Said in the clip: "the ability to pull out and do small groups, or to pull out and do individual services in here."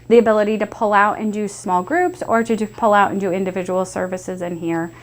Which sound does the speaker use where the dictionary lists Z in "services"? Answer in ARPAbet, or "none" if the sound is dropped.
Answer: Z